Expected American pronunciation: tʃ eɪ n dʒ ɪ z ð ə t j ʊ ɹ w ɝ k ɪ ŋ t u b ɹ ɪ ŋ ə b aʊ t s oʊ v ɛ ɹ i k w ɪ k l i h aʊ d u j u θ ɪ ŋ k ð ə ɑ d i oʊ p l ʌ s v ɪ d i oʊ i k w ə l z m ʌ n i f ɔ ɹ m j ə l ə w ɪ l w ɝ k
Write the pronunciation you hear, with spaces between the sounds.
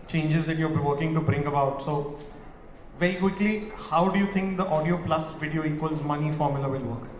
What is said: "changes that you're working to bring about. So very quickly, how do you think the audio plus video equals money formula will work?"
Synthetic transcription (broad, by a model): tʃ eɪ n dʒ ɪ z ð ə t j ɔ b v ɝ k ɪ ŋ t u b ɹ ɪ ŋ ə b aʊ t s oʊ v ɛ ɹ i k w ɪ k l i h aʊ d u j u t ɪ ŋ k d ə ɑ d i oʊ p l ʌ s v ɪ d i oʊ i k w ə l z m ʌ n i f ɔ ɹ m j ə l ə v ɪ l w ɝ k